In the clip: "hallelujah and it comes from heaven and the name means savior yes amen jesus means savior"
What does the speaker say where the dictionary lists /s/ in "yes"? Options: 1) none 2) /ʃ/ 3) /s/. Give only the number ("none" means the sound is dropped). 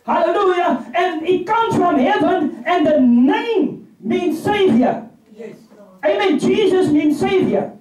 1